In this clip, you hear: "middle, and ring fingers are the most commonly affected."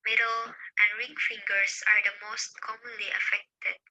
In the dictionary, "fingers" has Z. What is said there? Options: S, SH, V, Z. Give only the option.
S